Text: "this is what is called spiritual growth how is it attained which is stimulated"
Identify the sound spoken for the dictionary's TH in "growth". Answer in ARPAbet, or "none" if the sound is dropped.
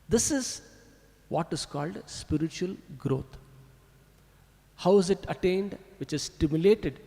T